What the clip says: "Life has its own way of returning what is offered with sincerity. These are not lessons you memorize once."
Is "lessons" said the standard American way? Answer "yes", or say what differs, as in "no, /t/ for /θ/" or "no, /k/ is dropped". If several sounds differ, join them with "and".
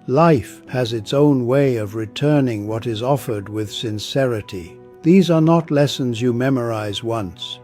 yes